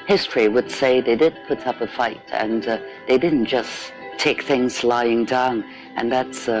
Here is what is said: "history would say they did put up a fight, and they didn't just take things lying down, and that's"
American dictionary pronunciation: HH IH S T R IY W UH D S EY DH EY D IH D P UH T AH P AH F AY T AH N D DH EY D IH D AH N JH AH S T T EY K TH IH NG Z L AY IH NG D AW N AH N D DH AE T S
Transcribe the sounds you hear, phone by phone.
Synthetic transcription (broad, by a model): HH IH S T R IY W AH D S EY DH EY D IH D P UH T AH P AH F AY T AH N DH EY D IH D N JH AH S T T EY K TH IH NG Z L AY IH NG D AW N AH N DH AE T S